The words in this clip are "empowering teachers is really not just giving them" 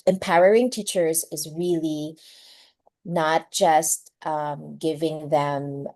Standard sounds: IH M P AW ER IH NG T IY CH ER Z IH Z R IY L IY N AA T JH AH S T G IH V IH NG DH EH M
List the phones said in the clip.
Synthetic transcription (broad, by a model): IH M P AW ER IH NG T IY CH ER Z IH Z R IY L IY N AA T JH AH S T G IH V IH NG DH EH M